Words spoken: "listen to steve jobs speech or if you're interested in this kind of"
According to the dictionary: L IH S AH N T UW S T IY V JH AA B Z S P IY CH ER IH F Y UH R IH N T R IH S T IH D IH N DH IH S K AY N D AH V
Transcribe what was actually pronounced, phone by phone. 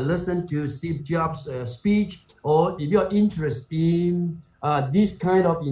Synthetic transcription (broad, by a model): L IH S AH N T UW S T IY P JH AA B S S P IY CH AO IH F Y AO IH N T R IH S T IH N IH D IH S K AY N D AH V